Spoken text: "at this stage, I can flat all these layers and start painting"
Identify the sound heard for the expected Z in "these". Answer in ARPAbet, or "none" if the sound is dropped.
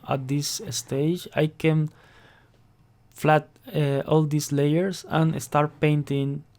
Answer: S